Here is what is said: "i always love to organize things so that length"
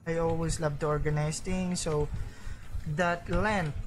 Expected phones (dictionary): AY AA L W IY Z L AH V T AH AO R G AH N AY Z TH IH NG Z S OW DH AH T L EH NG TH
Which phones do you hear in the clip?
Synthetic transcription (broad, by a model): AY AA L W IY S L AH V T AO R G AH N AY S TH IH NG S OW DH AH T L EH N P